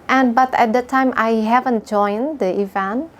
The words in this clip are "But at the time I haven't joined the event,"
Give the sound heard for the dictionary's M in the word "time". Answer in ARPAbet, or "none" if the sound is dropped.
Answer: M